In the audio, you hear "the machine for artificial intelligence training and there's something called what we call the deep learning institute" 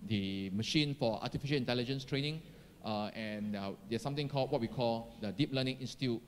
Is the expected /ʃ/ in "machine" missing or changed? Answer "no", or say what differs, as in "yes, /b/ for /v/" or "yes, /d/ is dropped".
no